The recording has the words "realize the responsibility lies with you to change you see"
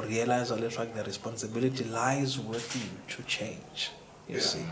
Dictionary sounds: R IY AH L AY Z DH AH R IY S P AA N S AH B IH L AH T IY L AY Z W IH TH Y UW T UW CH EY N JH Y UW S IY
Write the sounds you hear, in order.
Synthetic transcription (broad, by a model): R IY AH L AY Z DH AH R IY S P AA N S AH B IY L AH T IY L AY Z W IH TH Y UW T UW CH EY N JH Y UW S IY